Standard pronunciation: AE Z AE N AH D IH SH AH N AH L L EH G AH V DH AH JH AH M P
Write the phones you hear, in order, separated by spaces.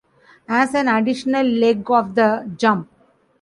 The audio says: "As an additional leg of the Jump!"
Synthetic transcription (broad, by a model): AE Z AE N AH D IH SH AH N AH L L EH G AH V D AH JH AH M P